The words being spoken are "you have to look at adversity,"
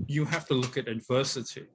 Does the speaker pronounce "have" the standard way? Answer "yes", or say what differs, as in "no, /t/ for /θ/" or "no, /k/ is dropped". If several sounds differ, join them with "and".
no, /f/ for /v/